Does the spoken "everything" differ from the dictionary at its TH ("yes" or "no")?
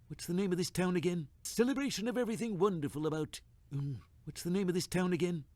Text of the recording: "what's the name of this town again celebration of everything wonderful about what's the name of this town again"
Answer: no